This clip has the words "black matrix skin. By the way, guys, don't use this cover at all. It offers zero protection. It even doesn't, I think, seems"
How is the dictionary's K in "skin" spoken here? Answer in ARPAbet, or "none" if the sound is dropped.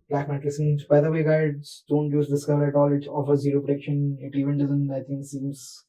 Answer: none